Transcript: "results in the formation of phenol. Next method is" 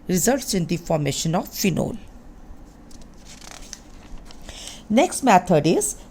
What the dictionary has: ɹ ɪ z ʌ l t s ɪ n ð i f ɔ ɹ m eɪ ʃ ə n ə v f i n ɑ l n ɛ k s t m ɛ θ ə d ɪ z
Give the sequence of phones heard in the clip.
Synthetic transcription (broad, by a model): ɹ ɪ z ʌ l t s ɪ n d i f ɔ ɹ m eɪ ʃ ə n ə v f i n ɑ l n ɛ k s t m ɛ t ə d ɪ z